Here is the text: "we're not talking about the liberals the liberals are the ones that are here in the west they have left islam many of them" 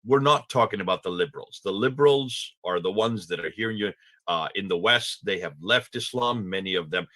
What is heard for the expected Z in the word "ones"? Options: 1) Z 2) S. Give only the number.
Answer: 1